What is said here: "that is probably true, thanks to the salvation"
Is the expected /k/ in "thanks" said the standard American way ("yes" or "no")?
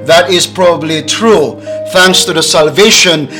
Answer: yes